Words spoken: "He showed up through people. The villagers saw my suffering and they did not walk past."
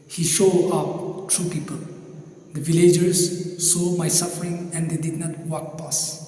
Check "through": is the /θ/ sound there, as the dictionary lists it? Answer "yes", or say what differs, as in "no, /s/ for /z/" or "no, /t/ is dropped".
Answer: no, /t/ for /θ/